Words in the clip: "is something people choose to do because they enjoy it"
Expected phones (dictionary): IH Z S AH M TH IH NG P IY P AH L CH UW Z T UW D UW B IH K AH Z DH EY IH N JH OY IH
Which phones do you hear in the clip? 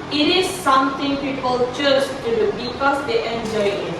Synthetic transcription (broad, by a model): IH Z S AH M T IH NG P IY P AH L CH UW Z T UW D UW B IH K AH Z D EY IH N JH OY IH